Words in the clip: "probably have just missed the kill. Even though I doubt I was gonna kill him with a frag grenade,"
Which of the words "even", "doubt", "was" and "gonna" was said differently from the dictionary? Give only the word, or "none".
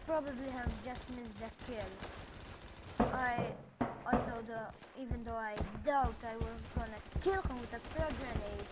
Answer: none